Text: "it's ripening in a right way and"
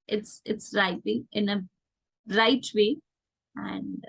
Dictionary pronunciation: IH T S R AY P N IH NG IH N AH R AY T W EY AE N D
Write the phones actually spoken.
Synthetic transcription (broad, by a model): IH T S R AY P IH NG IH N AH R AY T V EY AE N D